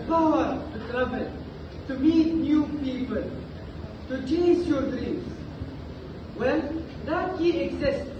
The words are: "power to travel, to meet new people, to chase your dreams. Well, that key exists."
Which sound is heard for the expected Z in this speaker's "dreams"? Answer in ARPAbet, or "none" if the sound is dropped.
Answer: S